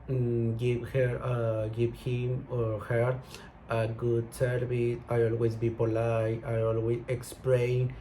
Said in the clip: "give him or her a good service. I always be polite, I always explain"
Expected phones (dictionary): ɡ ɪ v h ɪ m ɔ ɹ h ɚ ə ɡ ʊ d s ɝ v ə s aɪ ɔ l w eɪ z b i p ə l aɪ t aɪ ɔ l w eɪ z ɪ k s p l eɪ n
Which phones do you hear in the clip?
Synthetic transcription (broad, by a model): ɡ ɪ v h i m ɔ ɹ h ɚ ə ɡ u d s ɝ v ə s aɪ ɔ l w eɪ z b i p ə l aɪ aɪ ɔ l w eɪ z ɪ k s p l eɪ n